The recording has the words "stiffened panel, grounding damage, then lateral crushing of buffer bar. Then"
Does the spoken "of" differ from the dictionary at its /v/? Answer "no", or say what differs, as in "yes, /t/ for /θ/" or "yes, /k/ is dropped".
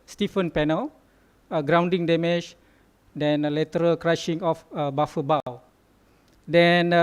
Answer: yes, /f/ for /v/